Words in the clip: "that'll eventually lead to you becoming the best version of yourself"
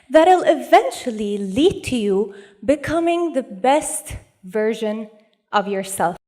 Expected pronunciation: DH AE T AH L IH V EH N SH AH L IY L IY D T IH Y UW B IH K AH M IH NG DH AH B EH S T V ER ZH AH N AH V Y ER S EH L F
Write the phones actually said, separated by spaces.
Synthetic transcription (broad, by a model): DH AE T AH L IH V EH N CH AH L IY L IY D T IH Y UW B IH K AH M IH NG DH AH B EH S T V ER ZH AH N AH V Y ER S EH L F